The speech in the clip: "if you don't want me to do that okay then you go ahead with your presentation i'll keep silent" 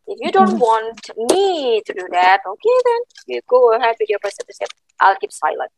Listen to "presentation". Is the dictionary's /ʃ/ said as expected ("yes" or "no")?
no